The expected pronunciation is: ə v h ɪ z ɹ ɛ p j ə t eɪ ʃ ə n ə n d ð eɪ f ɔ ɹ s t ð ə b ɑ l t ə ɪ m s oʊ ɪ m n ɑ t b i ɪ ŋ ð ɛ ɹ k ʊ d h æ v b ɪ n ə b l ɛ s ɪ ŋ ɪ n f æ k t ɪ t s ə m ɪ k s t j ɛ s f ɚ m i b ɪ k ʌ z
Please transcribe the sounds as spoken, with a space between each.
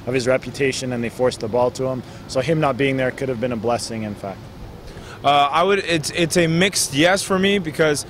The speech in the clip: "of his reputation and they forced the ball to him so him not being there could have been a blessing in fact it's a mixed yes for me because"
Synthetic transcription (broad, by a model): ə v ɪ z ɹ ɛ p j ə t eɪ ʃ ə n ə n ð eɪ f ɔ ɹ s ð ə b ɑ l t ə ɪ m s oʊ ɪ m n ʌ t b i ɪ ŋ ð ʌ ɹ k ʊ d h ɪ v b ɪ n ə b l ɛ s ɪ ŋ ɪ n f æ k t ɪ t s ə m ɪ k s t j ɛ s f ɚ m i b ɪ k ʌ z